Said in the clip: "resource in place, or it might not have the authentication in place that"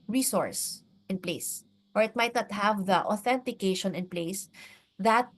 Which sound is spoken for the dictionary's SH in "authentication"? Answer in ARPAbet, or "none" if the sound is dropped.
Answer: SH